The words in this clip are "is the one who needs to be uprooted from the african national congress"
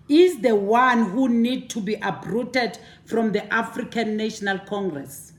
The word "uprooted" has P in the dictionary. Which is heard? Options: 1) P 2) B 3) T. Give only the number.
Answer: 2